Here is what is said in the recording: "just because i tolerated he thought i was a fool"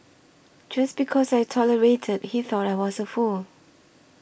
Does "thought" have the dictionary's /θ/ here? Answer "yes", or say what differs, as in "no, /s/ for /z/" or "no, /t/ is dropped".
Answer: yes